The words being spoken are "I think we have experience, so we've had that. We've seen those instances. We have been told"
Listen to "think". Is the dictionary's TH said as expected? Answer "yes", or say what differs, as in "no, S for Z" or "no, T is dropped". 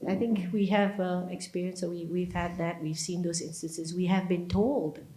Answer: yes